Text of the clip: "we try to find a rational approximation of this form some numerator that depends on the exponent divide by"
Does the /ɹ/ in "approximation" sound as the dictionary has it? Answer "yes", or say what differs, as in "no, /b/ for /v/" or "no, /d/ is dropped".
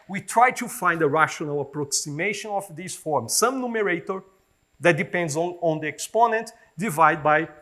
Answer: yes